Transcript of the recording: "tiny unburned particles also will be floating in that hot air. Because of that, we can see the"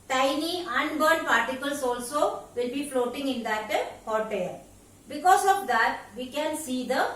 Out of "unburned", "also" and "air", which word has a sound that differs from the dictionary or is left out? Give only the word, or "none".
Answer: air